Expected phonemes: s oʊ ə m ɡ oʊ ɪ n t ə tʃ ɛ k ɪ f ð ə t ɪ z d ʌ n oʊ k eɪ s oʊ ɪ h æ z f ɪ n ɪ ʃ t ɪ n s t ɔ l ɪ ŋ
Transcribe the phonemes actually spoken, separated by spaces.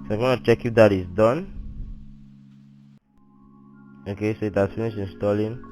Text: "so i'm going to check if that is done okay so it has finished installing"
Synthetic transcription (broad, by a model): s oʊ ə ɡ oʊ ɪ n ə tʃ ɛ k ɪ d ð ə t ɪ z d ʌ n oʊ k eɪ s oʊ ɪ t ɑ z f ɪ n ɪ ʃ ɪ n s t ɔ l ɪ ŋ